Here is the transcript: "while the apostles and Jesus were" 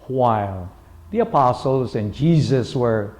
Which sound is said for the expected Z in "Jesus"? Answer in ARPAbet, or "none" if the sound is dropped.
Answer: Z